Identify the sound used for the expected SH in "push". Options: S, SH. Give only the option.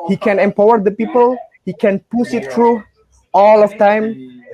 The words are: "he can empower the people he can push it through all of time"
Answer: S